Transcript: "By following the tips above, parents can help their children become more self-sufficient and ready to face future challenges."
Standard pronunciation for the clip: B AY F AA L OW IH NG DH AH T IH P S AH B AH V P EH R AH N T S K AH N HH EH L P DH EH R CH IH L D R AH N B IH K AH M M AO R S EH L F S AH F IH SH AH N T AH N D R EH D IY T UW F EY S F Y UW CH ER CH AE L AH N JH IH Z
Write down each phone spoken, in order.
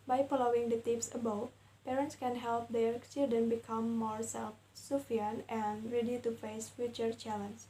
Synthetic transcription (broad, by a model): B AY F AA L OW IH NG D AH T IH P S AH B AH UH P EH R AH N T S K AH N HH EH L P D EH R CH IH L D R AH N B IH K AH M M AO R S EH L F S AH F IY AH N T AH N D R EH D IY T UW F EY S F Y UW CH ER CH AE L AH N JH